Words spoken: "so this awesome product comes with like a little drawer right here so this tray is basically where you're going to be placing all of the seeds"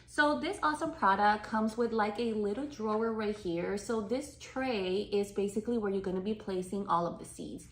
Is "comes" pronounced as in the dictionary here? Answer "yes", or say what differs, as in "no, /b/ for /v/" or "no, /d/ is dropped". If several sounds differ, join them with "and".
yes